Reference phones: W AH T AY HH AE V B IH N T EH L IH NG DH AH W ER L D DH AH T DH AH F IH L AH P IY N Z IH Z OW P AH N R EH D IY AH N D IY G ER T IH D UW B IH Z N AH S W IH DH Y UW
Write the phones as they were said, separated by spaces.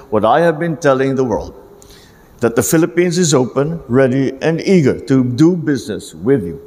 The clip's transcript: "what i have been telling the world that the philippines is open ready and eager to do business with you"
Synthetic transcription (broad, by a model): W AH T AY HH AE V B IH N T EH L IH NG DH AH W ER L D DH AH T DH AH F IH L AH P IY N Z IH Z OW P AH N R EH D IY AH N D IY G ER T IH D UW B IH Z N AH S W IH DH Y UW